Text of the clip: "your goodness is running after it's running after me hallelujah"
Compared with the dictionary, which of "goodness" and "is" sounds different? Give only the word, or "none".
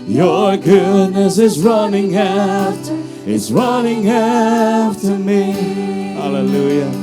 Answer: none